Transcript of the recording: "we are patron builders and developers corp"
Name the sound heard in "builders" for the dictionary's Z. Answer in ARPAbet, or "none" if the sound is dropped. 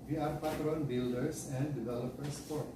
S